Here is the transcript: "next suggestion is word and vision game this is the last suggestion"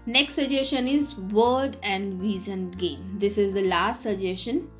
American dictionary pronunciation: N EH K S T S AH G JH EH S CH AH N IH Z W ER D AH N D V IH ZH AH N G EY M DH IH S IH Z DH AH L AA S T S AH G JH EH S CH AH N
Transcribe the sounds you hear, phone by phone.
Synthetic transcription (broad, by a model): N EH K S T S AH JH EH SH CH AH N IH Z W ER D AH N D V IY Z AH N G EY M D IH S IH Z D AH L AA S T S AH JH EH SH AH N